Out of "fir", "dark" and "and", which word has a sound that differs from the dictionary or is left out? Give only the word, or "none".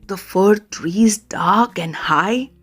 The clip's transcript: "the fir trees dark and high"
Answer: none